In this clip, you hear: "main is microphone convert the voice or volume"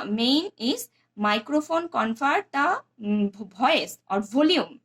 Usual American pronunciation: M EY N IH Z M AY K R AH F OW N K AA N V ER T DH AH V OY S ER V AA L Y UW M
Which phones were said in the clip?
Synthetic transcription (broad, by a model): M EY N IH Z M AY K R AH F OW N K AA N P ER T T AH B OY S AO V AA L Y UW M